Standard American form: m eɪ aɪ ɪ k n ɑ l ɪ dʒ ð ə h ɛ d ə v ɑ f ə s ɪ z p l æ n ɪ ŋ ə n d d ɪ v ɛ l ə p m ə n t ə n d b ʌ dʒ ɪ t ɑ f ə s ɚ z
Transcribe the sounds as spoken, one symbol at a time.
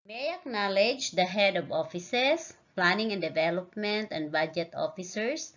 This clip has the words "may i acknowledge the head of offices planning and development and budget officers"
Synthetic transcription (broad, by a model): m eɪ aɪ ɪ k n ɑ l ɪ dʒ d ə h ɛ d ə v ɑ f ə s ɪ s p l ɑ n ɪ ŋ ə n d d ɪ v ɛ l ə p m ə n t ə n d b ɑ dʒ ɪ t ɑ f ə s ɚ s